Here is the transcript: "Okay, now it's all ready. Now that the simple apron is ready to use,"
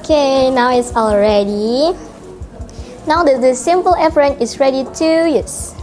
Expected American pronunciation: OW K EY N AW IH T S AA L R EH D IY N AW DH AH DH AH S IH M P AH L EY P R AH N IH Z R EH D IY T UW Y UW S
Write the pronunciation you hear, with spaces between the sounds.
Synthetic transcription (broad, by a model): K EY N AW IH T S AA L R EH D IY N AW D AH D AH S IH M P AH L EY F R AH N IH S R EH D IY T UW Y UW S